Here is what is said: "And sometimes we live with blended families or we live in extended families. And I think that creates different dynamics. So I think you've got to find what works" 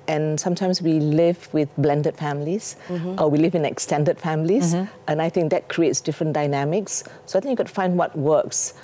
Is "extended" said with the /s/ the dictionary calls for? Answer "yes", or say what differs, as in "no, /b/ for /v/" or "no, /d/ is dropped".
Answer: yes